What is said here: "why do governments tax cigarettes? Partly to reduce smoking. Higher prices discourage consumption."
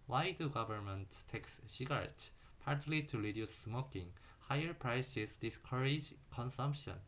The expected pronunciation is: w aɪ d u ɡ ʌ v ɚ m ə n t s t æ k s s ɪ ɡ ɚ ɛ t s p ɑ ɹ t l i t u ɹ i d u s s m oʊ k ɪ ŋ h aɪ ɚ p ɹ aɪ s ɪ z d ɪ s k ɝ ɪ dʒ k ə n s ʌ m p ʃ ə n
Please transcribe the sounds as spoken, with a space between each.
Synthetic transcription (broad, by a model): w aɪ d u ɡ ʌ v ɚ m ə n t t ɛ k s ʃ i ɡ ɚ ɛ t p ɑ ɹ t l i t u ɹ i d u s s m oʊ k ɪ ŋ h aɪ ɚ p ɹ aɪ s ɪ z d ɪ s k ɝ ɪ dʒ k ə n s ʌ m p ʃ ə n